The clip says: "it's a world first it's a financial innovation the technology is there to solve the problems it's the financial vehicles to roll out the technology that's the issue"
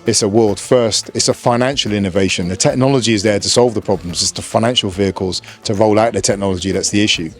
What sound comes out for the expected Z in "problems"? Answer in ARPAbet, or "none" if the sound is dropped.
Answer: Z